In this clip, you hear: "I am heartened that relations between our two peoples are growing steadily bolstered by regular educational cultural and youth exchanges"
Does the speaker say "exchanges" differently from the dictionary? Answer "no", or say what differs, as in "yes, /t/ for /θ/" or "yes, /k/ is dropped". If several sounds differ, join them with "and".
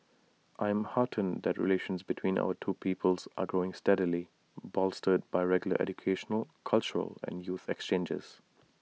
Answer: no